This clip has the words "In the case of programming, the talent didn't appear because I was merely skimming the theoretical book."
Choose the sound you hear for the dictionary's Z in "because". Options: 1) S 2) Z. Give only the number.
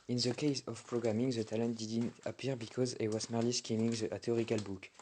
2